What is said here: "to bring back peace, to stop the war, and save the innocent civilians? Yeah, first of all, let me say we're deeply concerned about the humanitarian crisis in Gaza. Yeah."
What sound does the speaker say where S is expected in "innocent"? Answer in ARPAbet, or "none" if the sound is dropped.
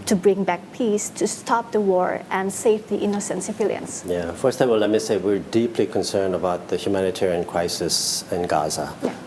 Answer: S